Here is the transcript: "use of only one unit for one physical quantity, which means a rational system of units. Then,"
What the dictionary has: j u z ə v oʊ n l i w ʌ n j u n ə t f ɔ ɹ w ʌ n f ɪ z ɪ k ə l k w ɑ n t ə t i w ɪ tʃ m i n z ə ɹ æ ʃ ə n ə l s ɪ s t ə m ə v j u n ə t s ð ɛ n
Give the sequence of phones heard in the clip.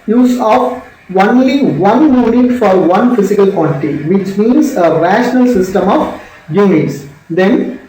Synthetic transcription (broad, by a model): j u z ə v oʊ n l i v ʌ n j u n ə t f ɔ ɹ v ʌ n f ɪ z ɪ k ə l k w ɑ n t t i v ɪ tʃ m i n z ə ɹ æ ʃ ə n ə l s ɪ s t ə m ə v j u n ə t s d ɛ n